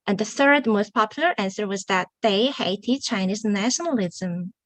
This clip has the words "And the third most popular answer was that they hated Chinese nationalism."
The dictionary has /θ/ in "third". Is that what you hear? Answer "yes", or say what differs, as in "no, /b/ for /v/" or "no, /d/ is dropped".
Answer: yes